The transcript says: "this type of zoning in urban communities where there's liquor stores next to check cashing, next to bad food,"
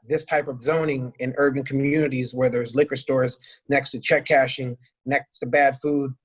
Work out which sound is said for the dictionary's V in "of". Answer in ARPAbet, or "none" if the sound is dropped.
V